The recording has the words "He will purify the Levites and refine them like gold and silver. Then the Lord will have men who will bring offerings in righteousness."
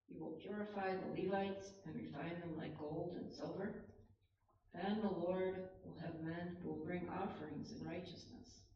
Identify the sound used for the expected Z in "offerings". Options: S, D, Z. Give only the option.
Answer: Z